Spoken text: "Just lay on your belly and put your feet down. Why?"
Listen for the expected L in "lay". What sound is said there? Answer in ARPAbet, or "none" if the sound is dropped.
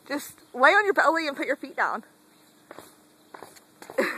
W